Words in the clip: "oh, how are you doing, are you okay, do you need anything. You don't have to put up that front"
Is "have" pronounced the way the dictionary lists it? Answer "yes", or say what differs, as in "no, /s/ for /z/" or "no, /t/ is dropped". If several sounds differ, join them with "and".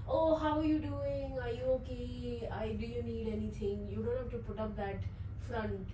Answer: no, /f/ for /v/